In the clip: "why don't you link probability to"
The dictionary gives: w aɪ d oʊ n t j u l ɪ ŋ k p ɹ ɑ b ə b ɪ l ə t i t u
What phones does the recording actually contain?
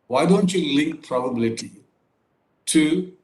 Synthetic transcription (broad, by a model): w aɪ d oʊ n t j u l ɪ ŋ k p ɹ ɑ b ə b ɪ l ə t i t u